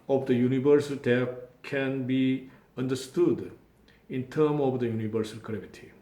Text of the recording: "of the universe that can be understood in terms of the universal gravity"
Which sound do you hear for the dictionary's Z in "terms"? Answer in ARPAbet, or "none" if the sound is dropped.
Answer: none